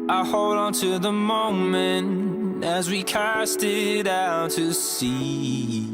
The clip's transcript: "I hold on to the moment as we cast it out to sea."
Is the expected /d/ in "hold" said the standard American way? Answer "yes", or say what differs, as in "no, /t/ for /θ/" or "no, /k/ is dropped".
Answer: yes